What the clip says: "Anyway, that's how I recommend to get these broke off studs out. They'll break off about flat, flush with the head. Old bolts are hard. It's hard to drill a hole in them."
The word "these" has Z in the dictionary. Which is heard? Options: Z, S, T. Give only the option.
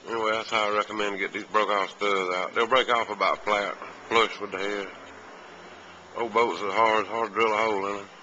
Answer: Z